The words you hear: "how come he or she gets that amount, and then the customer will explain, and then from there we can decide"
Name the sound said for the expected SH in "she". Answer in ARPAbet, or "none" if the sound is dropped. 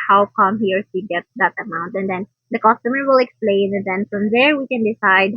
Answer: S